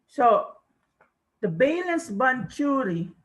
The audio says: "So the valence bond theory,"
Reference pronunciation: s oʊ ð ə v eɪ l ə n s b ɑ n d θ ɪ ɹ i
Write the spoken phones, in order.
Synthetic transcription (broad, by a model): s oʊ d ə b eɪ l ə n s b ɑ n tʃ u ɹ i